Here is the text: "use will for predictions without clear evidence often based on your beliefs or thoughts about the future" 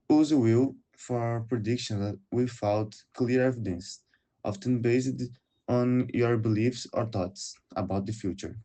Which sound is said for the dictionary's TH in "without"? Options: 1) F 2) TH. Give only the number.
1